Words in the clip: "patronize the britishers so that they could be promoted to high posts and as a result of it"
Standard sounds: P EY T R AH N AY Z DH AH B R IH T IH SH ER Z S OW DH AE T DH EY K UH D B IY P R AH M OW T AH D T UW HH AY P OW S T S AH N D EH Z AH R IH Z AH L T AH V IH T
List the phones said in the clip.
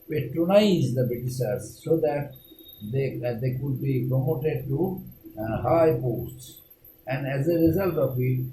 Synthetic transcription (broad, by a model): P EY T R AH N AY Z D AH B IH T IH S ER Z S OW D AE T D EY K UH D B IY P R AH M OW T AH D T UW HH AY P OW S T S AH N D EH Z AH R IH Z AH L T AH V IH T